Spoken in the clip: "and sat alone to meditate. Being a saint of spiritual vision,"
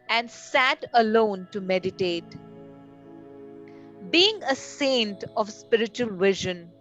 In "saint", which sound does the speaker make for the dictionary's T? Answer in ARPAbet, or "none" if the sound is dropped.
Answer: T